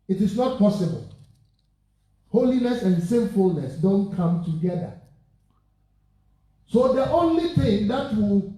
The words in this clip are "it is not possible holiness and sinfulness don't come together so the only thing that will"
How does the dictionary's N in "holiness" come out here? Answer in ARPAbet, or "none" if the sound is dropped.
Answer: N